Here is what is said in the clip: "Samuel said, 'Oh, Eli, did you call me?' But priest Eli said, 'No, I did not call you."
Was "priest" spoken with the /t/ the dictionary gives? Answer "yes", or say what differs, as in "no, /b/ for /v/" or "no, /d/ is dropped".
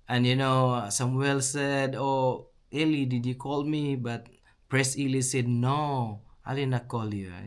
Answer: no, /t/ is dropped